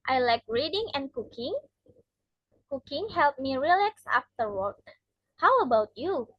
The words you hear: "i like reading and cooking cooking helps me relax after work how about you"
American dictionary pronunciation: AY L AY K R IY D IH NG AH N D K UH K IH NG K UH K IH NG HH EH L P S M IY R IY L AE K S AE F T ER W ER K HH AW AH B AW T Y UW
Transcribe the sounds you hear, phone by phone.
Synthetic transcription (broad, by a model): AY L AY K R IY D IH NG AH N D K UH K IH NG K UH K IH NG HH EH L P M IY R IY L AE K S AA F T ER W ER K HH AW AH B AW T Y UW